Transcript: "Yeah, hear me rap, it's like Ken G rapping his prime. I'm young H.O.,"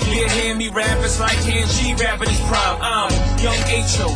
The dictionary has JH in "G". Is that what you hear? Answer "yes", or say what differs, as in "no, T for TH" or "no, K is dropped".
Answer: no, SH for JH